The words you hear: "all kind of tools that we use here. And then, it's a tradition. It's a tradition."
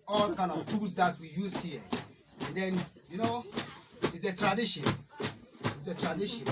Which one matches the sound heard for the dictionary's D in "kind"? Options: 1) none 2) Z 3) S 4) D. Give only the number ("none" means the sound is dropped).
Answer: 1